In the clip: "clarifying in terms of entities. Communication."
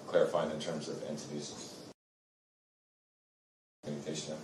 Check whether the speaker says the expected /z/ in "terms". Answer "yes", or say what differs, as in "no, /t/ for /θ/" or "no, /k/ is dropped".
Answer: yes